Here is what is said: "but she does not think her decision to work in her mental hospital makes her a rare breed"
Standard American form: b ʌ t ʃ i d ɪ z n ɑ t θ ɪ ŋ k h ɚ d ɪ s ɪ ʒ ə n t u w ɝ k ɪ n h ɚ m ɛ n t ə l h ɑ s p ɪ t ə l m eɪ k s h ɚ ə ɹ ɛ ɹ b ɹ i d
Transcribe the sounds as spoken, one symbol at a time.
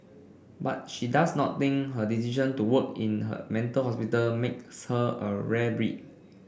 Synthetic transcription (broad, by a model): b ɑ t ʃ i d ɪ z n ɑ t t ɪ ŋ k h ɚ d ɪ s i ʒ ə n t u w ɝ k ɪ n h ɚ m ɛ n t ə l h ɑ s p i t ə l m eɪ k s h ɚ ə ɹ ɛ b ɹ i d